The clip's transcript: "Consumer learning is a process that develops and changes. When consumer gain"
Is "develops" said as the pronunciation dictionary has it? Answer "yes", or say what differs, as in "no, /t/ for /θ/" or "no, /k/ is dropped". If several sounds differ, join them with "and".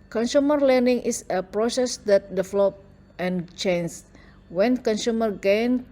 no, /s/ is dropped